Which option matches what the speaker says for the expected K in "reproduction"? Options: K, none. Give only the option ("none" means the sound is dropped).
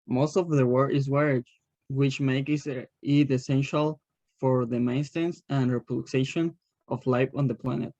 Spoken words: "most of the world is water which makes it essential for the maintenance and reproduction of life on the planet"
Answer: none